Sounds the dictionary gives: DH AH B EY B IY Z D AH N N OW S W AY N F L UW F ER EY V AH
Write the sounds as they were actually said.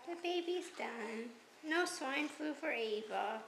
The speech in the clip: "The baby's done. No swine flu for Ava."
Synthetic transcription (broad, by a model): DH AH B EY B IY Z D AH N N OW S W AY N F UW F ER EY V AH